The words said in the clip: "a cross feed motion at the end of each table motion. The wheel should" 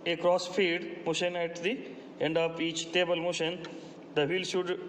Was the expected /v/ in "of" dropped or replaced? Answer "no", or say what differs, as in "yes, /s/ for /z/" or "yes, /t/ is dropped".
yes, /p/ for /v/